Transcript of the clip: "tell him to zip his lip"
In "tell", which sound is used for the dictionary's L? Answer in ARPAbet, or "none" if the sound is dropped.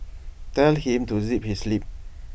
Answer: L